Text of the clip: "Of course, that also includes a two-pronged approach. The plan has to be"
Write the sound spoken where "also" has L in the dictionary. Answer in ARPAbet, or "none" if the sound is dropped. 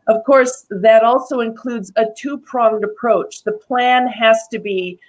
L